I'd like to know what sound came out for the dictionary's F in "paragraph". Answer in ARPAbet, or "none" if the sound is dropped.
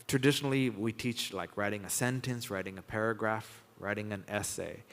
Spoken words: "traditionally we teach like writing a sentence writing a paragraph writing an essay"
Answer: F